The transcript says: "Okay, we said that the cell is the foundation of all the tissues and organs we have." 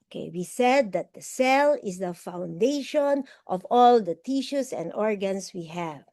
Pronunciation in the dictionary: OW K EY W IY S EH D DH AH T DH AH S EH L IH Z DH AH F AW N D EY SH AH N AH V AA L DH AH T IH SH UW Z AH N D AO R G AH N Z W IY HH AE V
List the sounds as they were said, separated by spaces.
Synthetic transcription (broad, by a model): K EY W IY S EH D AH T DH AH S EH L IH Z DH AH F AW N D EY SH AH N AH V AA L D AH T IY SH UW S AH N D AO R G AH N S W IY HH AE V